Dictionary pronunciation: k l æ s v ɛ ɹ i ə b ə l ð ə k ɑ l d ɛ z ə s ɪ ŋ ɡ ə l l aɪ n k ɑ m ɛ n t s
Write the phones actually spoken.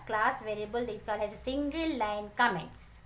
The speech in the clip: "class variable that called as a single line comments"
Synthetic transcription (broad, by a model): k l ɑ s v ɛ ɹ i ə b ə l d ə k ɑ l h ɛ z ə s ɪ ŋ ɡ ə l l aɪ n k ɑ m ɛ n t s